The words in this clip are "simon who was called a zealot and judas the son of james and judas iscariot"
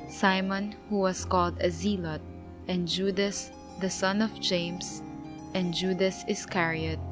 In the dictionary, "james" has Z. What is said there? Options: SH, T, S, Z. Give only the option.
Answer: S